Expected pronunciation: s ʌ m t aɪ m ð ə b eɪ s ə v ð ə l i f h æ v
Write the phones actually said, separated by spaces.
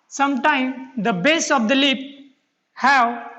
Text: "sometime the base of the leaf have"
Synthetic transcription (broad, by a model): s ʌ m t aɪ m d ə b eɪ s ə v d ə l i p h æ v